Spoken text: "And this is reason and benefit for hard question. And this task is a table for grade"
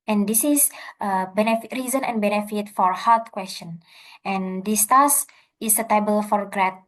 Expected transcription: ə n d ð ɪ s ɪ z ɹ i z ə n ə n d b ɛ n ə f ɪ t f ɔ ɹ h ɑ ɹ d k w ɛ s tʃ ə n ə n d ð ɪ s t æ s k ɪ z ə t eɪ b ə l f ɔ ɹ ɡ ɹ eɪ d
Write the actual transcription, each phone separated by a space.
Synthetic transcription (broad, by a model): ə n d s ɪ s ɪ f ɹ i z ə n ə n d b ɛ n ə f ɪ t f ɔ ɹ h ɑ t k w ɛ s tʃ ə n ə n d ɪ s t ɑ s ɪ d ə t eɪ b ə l f ɔ ɹ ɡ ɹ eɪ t